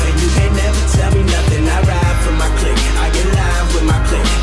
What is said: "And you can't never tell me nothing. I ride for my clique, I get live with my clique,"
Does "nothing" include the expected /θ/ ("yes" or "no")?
yes